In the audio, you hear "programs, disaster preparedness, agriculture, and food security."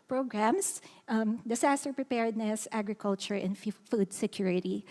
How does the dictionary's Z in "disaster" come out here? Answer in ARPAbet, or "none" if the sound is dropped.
S